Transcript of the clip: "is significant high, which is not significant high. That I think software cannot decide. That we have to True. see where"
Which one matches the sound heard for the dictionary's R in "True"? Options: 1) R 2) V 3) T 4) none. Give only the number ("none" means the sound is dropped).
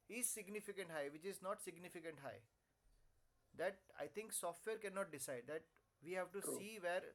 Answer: 4